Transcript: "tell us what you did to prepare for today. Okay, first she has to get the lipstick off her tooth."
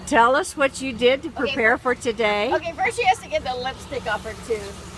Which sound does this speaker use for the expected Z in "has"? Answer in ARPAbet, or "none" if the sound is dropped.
S